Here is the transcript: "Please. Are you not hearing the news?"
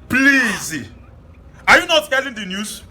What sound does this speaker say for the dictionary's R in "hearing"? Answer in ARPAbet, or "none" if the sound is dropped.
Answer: L